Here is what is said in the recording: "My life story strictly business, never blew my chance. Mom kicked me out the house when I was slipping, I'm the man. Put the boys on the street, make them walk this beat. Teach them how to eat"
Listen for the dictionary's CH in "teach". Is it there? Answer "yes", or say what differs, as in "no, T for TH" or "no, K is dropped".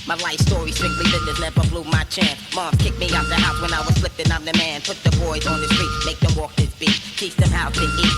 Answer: no, S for CH